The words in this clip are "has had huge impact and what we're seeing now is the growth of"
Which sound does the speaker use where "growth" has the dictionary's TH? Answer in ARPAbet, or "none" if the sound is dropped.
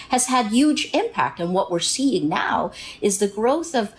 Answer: TH